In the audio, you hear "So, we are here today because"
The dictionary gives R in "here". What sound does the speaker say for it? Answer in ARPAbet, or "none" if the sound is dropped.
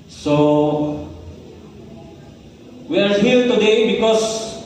L